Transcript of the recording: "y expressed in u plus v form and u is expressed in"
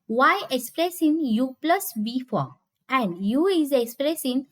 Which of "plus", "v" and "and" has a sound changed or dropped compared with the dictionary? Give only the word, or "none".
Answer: v